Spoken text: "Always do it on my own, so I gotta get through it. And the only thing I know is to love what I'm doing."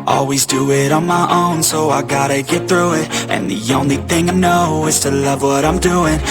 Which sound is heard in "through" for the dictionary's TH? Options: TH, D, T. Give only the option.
TH